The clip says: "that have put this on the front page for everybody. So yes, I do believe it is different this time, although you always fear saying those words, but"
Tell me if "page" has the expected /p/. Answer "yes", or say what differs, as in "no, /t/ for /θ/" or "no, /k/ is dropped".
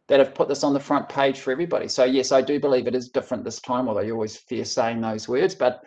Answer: yes